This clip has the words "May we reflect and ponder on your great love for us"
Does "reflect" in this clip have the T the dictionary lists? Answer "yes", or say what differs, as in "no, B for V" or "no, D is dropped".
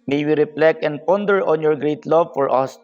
no, T is dropped